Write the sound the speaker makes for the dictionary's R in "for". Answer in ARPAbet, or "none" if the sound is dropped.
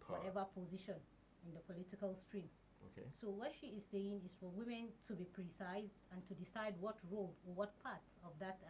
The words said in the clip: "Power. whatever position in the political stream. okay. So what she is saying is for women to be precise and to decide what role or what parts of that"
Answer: R